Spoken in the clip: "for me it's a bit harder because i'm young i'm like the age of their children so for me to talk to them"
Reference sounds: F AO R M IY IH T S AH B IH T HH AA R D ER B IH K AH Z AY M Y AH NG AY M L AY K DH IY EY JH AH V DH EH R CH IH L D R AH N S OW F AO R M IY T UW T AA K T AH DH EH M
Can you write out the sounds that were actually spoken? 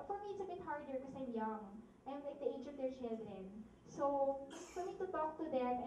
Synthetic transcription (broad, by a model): F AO R M IY IH T S AH B IH T HH AA R D ER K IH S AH AY M Y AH NG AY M L AY K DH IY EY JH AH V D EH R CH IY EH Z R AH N S OW F AO R M IY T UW T AA K T AH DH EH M